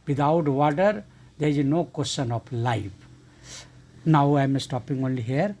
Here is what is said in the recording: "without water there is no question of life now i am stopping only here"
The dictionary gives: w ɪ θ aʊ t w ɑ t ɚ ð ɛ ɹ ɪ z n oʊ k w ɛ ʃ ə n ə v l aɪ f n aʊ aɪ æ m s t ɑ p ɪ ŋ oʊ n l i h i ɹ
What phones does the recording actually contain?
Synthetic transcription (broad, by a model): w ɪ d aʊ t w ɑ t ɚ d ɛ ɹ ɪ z n oʊ k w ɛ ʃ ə n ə p l aɪ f n aʊ aɪ m s t ɑ p ɪ ŋ oʊ n l i h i ɹ